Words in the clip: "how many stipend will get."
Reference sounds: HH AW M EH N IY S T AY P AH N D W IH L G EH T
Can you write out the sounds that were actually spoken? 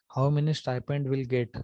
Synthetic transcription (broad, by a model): HH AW M EH N IY S T AY P AH N D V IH L G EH T